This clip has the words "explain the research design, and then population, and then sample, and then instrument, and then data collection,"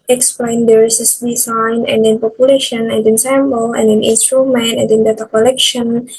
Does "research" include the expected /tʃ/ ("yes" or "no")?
no